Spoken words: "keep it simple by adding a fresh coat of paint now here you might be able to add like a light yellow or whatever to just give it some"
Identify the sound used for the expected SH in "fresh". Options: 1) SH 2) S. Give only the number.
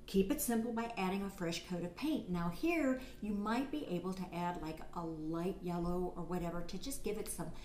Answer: 1